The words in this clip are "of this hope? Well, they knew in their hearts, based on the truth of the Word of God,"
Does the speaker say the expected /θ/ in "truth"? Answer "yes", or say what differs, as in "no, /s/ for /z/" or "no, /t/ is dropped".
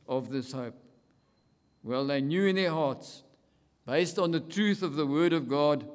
yes